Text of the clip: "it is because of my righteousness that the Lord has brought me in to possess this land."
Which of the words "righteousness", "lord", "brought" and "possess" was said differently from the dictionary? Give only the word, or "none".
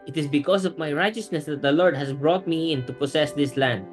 possess